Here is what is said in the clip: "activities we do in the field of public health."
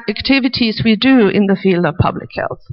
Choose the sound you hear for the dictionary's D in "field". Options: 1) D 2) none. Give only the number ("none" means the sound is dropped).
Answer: 1